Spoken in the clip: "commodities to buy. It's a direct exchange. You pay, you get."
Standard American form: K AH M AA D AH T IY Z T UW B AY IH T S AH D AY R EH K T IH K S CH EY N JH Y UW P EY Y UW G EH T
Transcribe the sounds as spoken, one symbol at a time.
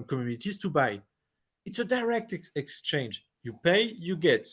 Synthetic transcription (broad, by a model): K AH M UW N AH T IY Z T UW B AY IH T S AH D AY R EH K T IH K S CH EY N JH Y UW P EY Y UW G EH T